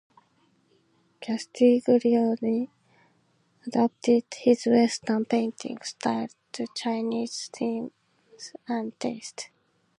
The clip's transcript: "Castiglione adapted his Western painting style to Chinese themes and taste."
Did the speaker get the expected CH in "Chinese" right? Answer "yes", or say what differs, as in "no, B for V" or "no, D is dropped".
yes